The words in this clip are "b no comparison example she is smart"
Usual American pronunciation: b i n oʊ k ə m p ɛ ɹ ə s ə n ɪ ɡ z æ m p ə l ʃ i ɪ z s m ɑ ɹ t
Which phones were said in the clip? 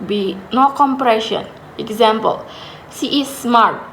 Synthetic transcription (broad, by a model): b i n oʊ k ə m p ɹ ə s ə n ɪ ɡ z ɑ m p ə l s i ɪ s m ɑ ɹ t